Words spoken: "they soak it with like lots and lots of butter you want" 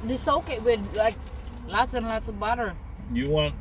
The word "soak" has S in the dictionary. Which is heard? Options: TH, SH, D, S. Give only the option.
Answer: S